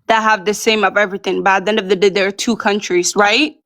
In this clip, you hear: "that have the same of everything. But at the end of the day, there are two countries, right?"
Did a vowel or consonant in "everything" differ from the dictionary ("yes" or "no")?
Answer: no